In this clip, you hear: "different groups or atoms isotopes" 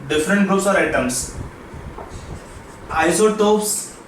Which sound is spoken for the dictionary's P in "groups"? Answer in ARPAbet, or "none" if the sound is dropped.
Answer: none